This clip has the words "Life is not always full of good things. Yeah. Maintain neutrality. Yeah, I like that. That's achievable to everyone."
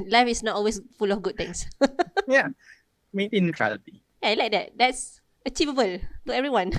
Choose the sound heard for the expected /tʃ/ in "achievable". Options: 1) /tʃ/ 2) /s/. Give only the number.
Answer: 1